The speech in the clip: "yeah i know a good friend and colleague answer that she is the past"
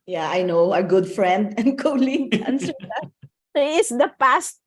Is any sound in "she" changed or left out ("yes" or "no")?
yes